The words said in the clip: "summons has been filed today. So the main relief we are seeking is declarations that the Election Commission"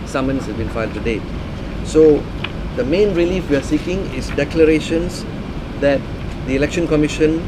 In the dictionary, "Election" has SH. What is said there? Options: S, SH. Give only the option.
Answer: SH